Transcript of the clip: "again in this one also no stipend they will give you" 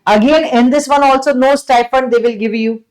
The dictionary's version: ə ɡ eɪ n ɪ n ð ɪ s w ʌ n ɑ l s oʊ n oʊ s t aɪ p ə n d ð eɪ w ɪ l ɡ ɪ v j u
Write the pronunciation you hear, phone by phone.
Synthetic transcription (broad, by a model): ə ɡ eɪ n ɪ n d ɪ s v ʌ n ɑ l s oʊ n oʊ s t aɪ f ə n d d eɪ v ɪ l ɡ ɪ v j u